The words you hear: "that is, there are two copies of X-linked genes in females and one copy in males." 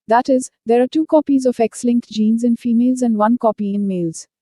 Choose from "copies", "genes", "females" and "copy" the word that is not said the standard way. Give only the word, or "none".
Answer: none